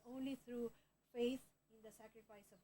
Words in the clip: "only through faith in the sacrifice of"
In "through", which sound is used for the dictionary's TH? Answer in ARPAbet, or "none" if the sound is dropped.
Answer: T